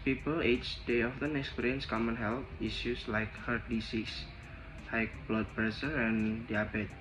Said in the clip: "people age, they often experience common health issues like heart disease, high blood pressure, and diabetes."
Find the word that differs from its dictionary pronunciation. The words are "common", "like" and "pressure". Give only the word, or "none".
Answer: pressure